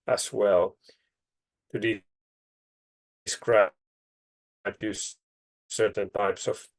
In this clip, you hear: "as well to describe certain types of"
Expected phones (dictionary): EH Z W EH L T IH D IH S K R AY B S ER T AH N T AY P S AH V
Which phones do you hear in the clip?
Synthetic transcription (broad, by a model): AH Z W EH L T IH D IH S K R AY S S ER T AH N T AY P S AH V